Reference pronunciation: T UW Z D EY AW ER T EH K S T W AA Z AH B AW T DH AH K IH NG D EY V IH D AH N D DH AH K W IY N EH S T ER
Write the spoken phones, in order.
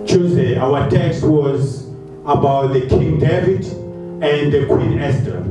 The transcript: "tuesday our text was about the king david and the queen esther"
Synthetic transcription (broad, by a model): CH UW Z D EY AW ER T EH K S T W AA Z AH B AW T DH AH K IH NG D EY V IH D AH N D DH AH K W IY N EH S T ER